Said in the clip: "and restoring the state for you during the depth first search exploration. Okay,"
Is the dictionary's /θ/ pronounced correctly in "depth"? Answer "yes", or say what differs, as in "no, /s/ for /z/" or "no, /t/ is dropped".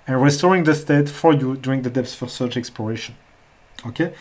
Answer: no, /s/ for /θ/